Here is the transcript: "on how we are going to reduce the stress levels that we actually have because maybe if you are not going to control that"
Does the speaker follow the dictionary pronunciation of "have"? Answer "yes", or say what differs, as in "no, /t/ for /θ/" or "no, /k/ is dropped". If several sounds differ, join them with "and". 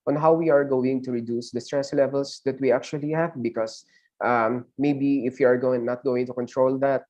yes